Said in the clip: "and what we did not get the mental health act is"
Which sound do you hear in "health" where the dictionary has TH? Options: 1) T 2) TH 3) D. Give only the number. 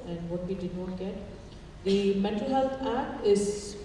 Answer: 1